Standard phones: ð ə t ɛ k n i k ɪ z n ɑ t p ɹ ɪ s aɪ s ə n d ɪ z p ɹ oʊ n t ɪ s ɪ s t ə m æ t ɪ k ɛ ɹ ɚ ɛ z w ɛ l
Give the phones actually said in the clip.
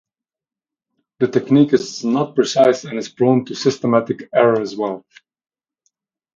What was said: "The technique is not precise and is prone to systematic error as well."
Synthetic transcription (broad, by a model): ð ə t ɛ k n i k ɪ z n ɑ t p ɹ ɪ s aɪ s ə n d ɪ z b ɹ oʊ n t ɪ s ɪ s t ə m æ t ɪ k ɛ ɹ ɚ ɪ z w ɛ l